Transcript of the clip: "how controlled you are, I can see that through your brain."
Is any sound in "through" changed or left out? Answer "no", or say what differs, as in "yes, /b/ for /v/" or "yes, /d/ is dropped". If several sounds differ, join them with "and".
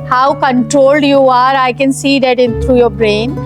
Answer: yes, /t/ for /θ/